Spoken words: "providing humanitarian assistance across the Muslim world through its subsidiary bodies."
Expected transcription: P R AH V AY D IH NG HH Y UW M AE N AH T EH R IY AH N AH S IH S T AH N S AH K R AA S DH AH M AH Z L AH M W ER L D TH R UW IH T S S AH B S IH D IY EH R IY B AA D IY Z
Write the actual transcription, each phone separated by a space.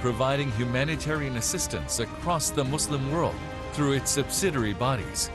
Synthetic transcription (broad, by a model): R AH V AY D IH NG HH Y UW M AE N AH T EH R IY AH N AH S IH S T AH N S AH K R AA S DH AH M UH S L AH M W ER L D TH R UW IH T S S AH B S IH D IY R IY B AA D IY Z